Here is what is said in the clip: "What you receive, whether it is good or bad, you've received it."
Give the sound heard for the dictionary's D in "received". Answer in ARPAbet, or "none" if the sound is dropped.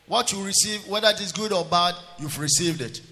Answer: D